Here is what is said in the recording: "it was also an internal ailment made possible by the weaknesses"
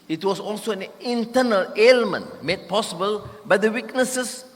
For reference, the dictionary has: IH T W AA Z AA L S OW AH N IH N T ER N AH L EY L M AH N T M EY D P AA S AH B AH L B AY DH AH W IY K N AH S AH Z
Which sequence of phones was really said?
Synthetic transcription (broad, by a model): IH T W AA S AA L S OW AH N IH N T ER N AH L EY L M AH N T M EY D P AA S AH B AH L B AY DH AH W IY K N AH S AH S